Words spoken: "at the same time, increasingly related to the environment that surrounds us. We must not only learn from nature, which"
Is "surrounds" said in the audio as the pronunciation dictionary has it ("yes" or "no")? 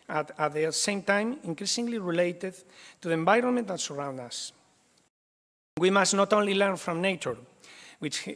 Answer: no